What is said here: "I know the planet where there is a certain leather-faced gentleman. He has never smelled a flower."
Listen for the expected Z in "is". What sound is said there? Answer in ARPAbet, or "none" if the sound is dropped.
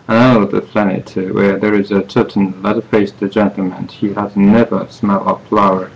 Z